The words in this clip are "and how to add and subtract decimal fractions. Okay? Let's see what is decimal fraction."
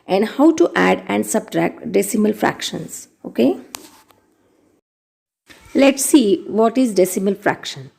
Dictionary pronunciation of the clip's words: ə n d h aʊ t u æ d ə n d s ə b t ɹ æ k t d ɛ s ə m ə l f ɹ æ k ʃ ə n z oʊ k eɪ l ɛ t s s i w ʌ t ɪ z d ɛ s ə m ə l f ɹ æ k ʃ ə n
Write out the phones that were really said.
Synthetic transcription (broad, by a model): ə n d h aʊ t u æ d ə n d s ə b t ɹ æ k t d ɛ s ə m ə l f ɹ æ k ʃ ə n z oʊ k eɪ l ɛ t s s i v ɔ t ɪ z d ɛ s ə m ə l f ɹ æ k ʃ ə n